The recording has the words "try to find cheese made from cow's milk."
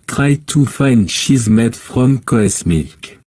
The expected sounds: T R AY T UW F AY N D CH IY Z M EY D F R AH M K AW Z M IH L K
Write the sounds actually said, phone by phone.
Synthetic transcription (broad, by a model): T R AY T UW F AY N D SH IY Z M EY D F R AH M K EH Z M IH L K